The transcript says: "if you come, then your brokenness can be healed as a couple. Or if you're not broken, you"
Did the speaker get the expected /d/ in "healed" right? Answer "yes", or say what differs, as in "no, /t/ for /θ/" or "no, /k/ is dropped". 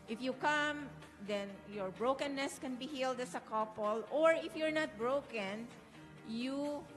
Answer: yes